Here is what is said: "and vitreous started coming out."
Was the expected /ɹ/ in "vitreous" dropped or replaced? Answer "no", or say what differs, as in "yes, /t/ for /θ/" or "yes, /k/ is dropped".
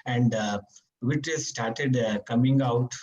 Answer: yes, /ɹ/ is dropped